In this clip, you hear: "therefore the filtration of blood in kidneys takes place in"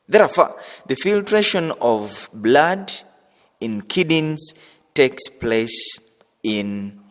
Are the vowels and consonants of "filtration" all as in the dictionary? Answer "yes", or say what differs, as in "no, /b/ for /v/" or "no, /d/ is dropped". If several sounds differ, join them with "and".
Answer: yes